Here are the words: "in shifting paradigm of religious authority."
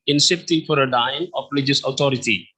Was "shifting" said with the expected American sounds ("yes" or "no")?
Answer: no